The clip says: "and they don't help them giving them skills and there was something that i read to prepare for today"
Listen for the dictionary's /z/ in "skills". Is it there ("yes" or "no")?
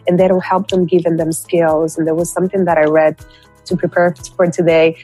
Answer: yes